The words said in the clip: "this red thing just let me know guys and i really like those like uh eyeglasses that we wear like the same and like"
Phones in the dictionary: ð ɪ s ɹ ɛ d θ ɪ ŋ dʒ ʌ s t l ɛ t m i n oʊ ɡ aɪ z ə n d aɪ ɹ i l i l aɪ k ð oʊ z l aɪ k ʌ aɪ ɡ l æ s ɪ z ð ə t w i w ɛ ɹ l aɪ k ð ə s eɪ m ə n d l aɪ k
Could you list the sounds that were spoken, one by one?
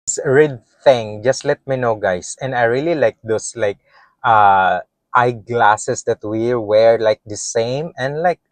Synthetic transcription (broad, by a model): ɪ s ɹ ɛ d θ ɪ ŋ dʒ ʌ s t l ɛ t m i n oʊ ɡ aɪ s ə n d aɪ ɹ i l i l aɪ k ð oʊ s l aɪ k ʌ aɪ ɡ l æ s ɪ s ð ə t w i w ɛ ɹ l aɪ k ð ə s eɪ m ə n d l aɪ k